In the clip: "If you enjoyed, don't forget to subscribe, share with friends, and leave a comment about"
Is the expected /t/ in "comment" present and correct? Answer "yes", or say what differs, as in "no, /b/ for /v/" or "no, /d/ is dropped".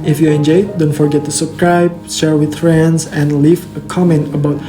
yes